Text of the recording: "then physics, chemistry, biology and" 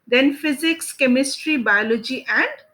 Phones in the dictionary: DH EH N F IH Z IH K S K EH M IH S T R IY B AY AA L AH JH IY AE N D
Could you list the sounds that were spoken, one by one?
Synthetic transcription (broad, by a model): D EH N F IH Z IH K S K EH M IH S T R IY B AY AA L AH JH IY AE N D